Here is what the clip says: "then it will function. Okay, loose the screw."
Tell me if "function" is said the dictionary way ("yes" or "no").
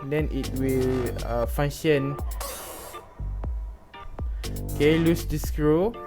no